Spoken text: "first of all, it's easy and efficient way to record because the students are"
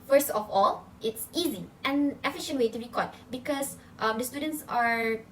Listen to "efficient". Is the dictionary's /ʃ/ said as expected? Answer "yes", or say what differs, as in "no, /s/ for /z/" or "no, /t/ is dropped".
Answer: yes